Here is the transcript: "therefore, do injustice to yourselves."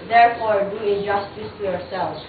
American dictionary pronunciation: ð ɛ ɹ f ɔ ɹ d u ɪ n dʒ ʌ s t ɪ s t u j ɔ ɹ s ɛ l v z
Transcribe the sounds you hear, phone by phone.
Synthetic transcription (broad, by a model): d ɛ ɹ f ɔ ɹ d u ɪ dʒ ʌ s t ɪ s t u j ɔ ɹ s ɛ l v